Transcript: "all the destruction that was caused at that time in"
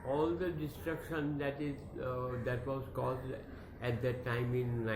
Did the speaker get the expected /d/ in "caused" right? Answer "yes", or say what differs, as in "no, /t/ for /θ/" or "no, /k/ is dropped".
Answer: yes